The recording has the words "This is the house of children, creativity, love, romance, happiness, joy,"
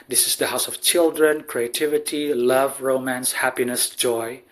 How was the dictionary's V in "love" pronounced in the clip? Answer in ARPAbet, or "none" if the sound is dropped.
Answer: V